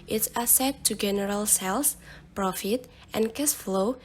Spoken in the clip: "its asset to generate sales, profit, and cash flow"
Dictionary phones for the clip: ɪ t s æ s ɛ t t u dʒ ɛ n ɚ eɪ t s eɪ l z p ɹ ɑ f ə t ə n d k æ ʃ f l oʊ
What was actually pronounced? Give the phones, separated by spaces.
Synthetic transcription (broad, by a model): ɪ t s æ s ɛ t t u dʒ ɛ n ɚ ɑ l s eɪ l s p ɹ ɑ f ə t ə n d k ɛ s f l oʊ